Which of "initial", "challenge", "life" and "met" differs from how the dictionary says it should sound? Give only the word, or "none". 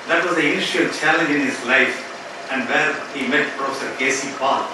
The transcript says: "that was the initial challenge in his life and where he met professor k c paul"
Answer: initial